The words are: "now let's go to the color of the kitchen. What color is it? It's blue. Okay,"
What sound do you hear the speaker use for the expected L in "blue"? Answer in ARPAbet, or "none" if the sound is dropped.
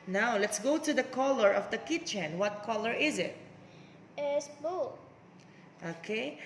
none